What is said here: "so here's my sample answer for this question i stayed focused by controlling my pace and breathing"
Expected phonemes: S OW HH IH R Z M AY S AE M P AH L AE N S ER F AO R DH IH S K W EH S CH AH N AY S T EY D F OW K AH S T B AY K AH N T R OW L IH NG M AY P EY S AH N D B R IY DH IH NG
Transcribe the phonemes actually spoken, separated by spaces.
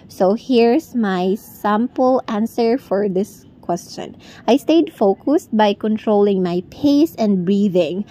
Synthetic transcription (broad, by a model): S OW HH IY R S M AY S AE M P AH L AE N S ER F AO R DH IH S K W EH S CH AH N AY S T EY D F OW K AH S T B AY K AH N T R OW L IH NG M AY P EY S AH N D B R IY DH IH NG